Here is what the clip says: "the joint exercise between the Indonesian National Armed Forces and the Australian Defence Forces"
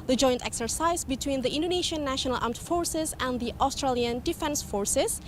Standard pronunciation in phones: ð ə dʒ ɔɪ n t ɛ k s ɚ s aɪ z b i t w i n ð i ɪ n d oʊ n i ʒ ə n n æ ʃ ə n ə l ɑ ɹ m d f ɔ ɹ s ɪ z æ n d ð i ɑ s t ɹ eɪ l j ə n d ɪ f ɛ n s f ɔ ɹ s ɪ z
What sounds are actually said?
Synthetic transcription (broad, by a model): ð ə dʒ ɔɪ n t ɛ k s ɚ s aɪ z b i t w i n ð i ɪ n d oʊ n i ʃ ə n n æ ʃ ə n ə l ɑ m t f ɔ ɹ s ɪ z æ n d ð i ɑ s t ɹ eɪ l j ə n d ɪ f ɛ n s f ɔ ɹ s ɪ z